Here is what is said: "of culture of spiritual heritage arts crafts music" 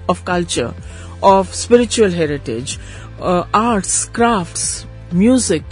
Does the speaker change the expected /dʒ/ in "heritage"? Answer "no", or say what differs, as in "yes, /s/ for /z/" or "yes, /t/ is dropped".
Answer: no